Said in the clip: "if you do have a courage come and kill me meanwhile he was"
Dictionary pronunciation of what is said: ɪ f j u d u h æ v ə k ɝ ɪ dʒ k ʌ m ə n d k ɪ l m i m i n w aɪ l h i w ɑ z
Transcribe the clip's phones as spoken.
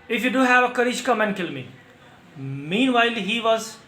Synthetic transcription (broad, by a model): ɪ f j u d u h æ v ə k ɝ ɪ ʃ k ʌ m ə n k ɪ l m i m i n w aɪ l h i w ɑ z